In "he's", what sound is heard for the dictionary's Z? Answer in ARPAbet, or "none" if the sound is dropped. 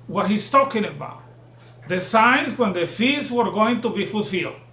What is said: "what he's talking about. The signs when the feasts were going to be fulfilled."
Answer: S